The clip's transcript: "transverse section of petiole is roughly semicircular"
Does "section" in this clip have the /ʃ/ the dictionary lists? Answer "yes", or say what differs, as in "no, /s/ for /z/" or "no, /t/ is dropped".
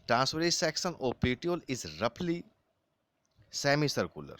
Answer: no, /s/ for /ʃ/